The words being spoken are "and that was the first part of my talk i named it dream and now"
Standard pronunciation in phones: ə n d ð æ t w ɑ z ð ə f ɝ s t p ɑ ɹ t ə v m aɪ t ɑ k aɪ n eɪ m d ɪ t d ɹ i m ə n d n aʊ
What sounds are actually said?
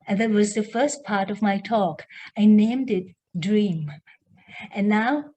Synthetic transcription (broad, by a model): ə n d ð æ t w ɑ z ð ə f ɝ s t p ɑ ɹ t ə v m aɪ t ɑ k aɪ n eɪ m d ɪ t d ɹ i m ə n n aʊ